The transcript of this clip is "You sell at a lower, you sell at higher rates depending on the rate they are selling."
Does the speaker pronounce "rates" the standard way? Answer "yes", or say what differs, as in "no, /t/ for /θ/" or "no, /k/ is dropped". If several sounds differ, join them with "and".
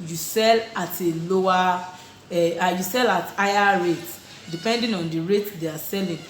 no, /s/ is dropped